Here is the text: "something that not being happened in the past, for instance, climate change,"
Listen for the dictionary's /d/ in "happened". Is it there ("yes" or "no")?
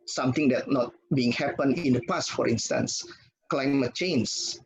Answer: no